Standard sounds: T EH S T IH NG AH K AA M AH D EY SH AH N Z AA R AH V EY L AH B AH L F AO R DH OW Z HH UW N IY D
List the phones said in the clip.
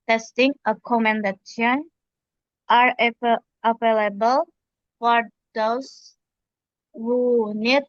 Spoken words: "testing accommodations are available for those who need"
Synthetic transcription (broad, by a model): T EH S T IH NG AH K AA M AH D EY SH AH N AA R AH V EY L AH B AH L F AO R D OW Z HH UW N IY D